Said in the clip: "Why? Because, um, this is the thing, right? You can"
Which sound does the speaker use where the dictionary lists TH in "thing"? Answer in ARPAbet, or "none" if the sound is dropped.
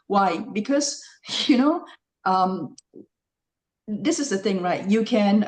TH